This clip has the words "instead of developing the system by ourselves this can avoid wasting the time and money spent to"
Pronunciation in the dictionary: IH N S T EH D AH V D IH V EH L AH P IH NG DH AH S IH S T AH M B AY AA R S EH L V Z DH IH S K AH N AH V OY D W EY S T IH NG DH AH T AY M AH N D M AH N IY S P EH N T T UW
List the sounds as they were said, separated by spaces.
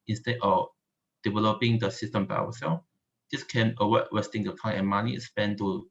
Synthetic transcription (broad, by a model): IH N S T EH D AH F D IH V EH L AH P IH NG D AH S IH S T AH M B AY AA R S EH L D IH S K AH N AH W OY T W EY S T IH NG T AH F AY AH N M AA N IY S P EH N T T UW